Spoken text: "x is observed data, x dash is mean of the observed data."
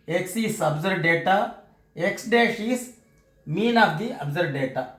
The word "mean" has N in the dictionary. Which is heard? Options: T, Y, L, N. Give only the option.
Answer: N